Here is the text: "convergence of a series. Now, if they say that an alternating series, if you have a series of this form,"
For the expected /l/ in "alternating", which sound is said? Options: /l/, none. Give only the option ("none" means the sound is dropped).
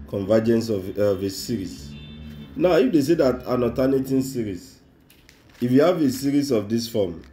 none